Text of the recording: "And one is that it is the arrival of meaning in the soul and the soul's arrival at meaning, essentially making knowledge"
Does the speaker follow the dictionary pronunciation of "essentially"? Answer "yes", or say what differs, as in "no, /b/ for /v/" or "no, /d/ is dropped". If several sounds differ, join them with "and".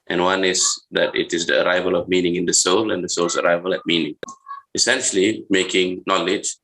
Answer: yes